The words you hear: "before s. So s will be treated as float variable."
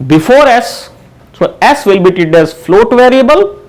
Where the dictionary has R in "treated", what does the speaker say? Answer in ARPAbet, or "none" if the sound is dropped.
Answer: none